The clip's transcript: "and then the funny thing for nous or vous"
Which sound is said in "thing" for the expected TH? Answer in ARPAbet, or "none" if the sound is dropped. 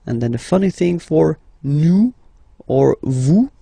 TH